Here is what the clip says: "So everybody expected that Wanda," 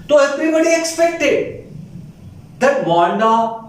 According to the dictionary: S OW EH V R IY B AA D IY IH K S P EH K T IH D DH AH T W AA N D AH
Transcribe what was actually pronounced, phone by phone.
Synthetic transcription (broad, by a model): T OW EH F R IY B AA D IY IH K S P EH K T IH D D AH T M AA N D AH